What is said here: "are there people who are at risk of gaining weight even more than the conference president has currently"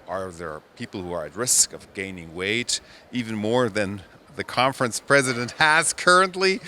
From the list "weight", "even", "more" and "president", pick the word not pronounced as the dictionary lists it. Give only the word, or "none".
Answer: none